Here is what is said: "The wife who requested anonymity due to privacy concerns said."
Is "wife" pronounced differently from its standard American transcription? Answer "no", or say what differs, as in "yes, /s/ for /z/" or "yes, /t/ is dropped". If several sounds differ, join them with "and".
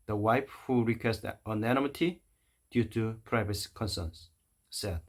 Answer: yes, /p/ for /f/